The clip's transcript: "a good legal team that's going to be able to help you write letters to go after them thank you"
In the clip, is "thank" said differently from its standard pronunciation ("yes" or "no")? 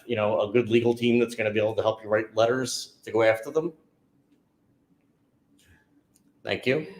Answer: no